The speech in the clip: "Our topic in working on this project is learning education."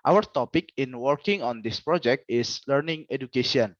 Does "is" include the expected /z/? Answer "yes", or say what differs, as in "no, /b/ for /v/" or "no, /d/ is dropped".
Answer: no, /s/ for /z/